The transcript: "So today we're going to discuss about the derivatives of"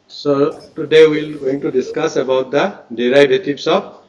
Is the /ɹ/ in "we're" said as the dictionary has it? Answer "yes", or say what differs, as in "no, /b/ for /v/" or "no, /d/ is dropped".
no, /l/ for /ɹ/